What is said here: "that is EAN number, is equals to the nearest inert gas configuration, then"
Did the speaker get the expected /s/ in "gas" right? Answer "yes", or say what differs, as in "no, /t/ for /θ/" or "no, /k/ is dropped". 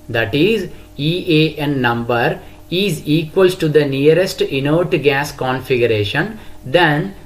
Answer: yes